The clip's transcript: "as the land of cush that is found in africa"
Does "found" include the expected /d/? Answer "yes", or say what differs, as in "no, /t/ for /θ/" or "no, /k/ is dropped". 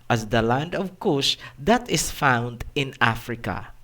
yes